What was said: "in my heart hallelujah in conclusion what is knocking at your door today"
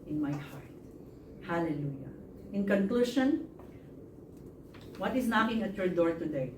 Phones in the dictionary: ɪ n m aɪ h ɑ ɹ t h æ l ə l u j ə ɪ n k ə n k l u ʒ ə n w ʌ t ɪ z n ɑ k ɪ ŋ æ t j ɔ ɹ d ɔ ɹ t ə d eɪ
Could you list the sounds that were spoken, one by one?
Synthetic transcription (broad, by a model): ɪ n m aɪ h ɑ ɹ t h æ l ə l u j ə ɪ n k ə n k l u ʃ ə n w ʌ t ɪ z n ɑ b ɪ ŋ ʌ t j ɔ ɹ d ɔ ɹ t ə d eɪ